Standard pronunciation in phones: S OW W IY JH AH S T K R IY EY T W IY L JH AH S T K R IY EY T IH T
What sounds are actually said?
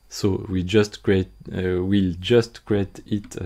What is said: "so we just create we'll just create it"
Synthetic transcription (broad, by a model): S OW W IY JH AH S T K R IY EY T W IY L JH AH S T K R IY EY T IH T